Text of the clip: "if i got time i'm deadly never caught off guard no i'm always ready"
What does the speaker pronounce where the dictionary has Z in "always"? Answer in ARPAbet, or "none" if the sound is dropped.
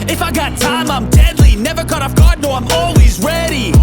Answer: Z